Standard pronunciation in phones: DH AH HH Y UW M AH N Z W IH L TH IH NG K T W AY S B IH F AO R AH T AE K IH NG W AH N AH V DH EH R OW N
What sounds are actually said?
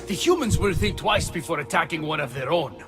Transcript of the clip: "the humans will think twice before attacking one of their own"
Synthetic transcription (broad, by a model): DH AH HH Y UW M AH N Z W IH L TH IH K T W AY S B IH F AO R AH T AE K IH NG W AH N AH V DH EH R OW N